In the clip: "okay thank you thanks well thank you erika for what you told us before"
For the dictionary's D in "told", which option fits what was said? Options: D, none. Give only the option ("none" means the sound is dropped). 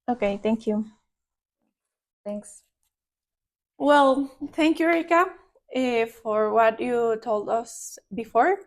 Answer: D